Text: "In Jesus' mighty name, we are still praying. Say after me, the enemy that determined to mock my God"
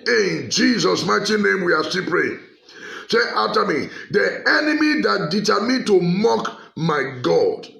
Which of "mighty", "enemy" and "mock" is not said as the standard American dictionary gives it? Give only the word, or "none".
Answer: none